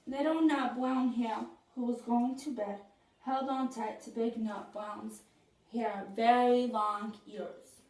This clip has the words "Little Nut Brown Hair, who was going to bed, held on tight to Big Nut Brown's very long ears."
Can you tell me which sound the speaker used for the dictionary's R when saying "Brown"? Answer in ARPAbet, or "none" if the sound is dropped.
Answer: L